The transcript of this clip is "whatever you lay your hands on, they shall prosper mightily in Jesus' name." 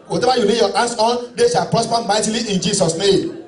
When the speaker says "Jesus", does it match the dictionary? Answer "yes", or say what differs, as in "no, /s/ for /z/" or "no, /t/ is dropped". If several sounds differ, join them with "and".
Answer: no, /s/ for /z/